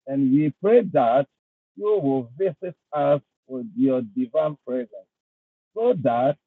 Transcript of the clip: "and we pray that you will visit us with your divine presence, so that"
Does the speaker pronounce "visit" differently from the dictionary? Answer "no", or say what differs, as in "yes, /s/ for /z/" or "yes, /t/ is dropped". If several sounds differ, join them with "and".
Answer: yes, /s/ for /z/